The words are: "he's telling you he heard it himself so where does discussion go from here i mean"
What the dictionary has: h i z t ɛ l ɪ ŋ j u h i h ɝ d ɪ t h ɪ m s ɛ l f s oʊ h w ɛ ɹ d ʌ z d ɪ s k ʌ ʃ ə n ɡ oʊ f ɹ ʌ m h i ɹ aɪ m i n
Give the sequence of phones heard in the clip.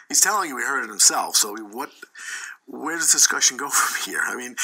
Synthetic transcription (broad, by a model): h i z t ɛ l ɪ ŋ j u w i h ɝ d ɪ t h ɪ m s ɛ l f s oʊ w w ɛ ɹ d ʌ z d ɪ s k ʌ ʃ ə n ɡ oʊ f ɹ ʌ m h i ɹ aɪ m i n